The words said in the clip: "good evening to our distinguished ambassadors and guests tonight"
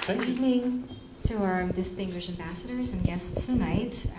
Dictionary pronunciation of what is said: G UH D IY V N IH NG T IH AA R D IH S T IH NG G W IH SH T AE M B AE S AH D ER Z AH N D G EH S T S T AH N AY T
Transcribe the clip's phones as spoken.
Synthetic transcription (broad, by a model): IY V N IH NG T IH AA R D IH S T IH NG G W IH SH T AE M B AE S AH D ER Z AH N G EH S T S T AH N AY T